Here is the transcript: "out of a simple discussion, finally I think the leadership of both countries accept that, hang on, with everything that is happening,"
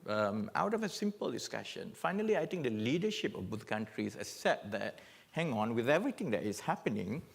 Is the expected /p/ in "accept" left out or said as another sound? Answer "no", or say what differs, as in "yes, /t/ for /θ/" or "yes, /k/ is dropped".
yes, /p/ is dropped